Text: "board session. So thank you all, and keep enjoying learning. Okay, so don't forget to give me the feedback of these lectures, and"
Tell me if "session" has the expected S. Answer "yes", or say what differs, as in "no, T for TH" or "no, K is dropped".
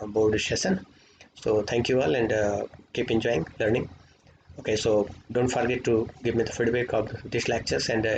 no, SH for S